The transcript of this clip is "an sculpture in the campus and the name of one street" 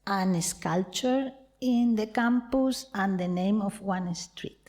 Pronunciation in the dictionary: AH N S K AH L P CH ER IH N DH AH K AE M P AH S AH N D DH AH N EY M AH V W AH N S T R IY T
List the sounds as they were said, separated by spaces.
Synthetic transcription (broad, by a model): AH N S K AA L CH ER IH N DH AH K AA M P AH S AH N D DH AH N EY M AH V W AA N S T R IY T